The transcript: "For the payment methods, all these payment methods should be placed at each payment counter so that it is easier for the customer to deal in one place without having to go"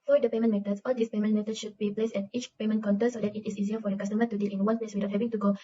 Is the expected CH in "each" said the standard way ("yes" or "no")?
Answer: yes